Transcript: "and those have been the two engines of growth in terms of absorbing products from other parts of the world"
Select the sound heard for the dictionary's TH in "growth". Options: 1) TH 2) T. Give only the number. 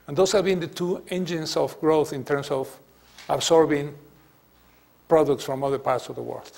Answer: 1